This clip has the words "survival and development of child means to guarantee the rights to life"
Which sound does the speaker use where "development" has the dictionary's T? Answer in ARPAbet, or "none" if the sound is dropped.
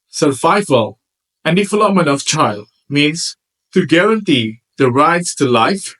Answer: none